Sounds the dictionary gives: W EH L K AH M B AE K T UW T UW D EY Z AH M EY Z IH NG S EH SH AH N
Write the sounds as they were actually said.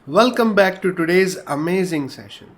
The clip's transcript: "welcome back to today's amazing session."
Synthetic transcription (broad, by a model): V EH L K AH M B AE K T UW T UW D EY Z AH M EY Z IH NG S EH SH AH N